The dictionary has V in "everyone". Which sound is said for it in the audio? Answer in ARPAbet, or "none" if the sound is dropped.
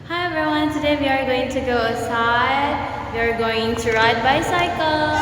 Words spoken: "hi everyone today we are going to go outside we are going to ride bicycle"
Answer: none